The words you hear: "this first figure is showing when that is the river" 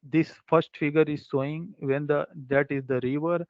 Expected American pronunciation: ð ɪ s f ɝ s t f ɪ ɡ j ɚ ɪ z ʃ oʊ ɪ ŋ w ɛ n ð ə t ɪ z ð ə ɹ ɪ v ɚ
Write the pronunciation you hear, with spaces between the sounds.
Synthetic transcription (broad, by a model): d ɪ s f ɝ s t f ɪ ɡ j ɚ ɪ z s oʊ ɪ ŋ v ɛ n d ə t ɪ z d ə ɹ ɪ v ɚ